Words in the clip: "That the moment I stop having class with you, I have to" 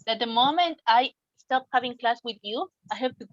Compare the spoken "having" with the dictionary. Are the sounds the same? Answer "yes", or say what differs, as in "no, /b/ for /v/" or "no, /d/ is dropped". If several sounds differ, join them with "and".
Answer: yes